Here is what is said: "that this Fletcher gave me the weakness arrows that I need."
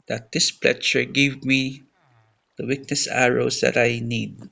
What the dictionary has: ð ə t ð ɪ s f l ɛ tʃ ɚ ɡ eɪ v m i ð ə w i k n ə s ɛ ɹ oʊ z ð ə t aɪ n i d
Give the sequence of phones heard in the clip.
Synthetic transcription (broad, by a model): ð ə t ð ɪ s p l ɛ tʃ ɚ ɡ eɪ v m i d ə w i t n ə s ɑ ɹ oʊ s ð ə t aɪ n i d